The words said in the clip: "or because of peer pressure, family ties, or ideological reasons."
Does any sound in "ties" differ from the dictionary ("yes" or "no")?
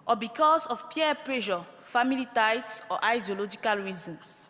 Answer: yes